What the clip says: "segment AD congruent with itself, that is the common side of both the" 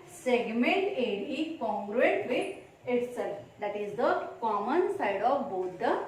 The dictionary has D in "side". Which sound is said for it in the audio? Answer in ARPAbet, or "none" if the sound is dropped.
D